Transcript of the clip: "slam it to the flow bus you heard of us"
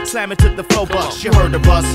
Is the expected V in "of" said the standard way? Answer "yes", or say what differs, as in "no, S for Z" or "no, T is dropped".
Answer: no, B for V